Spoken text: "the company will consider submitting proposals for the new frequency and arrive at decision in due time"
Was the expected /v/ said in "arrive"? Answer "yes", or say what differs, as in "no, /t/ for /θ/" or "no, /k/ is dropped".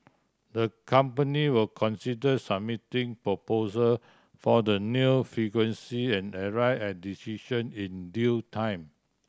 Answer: no, /v/ is dropped